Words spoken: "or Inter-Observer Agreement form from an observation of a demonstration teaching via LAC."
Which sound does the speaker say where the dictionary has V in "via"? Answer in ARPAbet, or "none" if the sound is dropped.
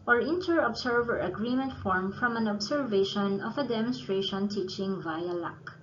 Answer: V